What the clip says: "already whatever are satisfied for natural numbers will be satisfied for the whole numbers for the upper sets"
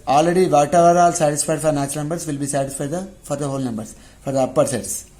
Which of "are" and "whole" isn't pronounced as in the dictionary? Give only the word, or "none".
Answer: are